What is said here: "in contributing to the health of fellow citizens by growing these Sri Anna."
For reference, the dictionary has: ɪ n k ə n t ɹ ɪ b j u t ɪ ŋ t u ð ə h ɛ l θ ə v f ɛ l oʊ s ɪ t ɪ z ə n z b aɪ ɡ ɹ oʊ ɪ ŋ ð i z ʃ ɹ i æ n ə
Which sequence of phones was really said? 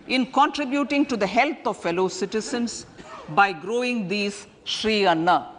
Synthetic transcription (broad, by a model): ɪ n k ə n t ɹ ɪ b j u t ɪ ŋ t u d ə h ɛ l t ə v f ɛ l oʊ s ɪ t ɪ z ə n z b aɪ ɡ ɹ oʊ ɪ ŋ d i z ʃ ɹ i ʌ n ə